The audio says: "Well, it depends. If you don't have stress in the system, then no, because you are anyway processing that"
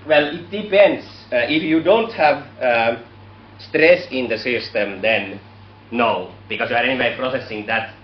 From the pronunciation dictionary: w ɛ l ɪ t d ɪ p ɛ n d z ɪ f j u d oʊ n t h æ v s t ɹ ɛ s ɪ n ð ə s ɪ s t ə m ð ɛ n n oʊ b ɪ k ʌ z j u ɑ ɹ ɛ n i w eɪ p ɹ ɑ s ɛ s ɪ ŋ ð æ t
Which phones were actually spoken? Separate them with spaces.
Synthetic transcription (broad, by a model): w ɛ l ɪ t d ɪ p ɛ n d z ɪ f j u d oʊ n t h æ v s t ɹ ɛ s ɪ n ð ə s ɪ s t ə m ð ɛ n n oʊ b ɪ k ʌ s j u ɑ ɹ ɛ n i w eɪ p ɹ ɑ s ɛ s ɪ ŋ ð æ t